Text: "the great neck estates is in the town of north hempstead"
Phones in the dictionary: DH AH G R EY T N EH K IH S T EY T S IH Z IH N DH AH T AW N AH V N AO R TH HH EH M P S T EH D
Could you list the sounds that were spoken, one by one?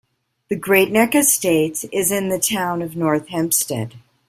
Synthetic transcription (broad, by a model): DH AH G R EY T N EH K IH S T EY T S IH Z IH N DH AH T AW N AH V N AO R TH HH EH M P S T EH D